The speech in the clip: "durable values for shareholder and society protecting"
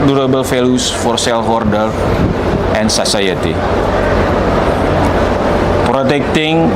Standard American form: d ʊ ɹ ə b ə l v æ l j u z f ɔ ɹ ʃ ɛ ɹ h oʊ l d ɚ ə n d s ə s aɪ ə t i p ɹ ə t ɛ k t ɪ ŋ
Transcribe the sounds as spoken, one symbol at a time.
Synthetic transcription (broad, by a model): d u ɹ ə b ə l f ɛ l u s f ɔ ɹ s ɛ l h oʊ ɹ d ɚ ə n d s ə s aɪ ə t i p ɹ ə t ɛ k t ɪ ŋ